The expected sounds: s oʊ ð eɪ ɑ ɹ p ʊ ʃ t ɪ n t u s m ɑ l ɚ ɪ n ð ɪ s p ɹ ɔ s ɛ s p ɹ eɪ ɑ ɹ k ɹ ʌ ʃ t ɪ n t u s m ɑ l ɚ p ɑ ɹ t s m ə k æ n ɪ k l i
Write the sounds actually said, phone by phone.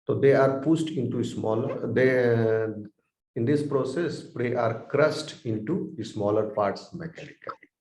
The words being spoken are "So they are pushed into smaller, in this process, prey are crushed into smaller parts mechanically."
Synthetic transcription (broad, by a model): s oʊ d eɪ ɑ ɹ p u s t ɪ n t u s m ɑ l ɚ ɪ n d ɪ s p ɹ ɔ s ɛ s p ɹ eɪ ɑ ɹ k ɹ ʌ s t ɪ n t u s m ɑ l ɚ p ɑ ɹ t s m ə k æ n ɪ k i